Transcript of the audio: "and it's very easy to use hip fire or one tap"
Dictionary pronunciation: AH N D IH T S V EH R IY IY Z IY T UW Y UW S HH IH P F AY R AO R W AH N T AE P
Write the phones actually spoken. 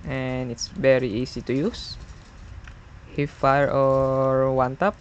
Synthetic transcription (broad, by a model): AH N IH T S V EH R IY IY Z IY T UW Y UW S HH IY F AY R AO R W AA N T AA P